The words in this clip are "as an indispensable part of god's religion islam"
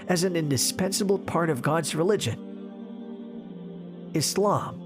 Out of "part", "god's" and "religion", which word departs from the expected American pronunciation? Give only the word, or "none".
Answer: none